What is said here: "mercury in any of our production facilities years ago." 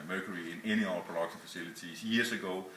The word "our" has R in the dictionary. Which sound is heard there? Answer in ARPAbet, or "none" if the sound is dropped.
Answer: L